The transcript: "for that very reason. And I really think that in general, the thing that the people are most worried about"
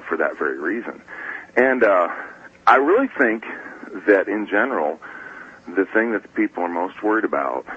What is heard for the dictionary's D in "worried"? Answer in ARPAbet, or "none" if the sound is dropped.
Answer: D